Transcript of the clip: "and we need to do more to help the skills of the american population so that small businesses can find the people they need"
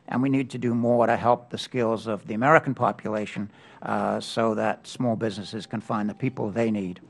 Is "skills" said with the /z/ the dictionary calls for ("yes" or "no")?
yes